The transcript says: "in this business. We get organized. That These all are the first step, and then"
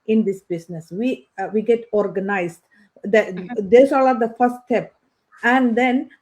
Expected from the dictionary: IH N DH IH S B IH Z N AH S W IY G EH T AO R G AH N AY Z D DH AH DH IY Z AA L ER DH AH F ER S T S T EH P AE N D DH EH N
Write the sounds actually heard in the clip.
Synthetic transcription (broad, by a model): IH N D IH S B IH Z N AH S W IY G EH T AO R G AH N AY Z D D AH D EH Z AA L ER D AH F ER T S T EH P AE N D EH N